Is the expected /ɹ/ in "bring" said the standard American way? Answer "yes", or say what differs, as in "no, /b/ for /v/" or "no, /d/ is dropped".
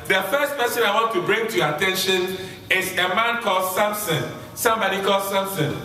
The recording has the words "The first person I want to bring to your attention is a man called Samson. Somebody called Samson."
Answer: yes